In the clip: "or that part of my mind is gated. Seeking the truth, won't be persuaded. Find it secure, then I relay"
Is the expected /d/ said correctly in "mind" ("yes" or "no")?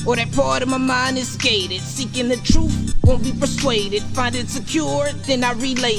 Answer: no